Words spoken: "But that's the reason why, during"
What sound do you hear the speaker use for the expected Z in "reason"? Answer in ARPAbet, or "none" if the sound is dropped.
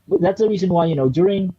Z